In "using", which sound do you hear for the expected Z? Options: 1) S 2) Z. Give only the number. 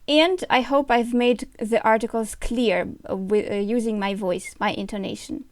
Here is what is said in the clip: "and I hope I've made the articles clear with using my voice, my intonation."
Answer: 2